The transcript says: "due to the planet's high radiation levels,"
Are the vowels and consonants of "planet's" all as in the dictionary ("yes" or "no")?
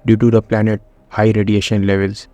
no